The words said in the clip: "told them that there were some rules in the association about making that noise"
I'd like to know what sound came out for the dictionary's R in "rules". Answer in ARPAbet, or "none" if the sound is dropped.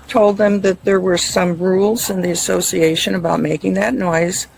R